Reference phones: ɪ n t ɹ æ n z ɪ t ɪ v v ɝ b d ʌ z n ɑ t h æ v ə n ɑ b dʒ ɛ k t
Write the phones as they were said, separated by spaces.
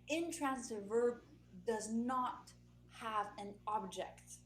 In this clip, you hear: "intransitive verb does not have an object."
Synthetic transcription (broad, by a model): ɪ n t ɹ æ n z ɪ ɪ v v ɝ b d ʌ z n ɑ t h æ v ə n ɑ b dʒ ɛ k t